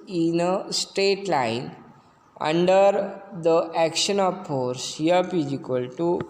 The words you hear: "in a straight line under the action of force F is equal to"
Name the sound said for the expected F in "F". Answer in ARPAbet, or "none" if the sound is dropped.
P